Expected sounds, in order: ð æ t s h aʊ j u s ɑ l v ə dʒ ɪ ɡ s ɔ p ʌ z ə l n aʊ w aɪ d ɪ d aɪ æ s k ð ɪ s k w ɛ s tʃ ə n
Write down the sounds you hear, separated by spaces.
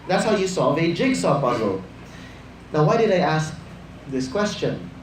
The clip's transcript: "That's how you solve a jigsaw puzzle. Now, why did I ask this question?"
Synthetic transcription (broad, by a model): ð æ t s h aʊ j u s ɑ v ə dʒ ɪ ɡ s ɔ b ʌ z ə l n aʊ w aɪ d ɪ d aɪ æ s k ð ɪ s k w ɛ s tʃ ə n